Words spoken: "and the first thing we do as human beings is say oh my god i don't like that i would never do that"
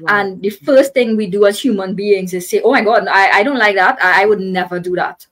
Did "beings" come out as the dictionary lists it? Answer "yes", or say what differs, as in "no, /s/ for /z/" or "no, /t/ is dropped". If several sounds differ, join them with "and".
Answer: no, /s/ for /z/